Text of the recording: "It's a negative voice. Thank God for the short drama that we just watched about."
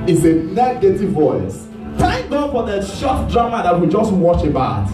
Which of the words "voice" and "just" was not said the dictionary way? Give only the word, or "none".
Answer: none